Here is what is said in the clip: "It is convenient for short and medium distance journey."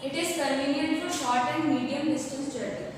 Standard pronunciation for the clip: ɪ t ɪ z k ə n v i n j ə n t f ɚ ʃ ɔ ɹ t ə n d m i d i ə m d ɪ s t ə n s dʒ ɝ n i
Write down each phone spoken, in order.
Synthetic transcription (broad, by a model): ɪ t ɪ z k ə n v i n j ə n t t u ʃ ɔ ɹ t ə n d m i d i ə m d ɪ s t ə s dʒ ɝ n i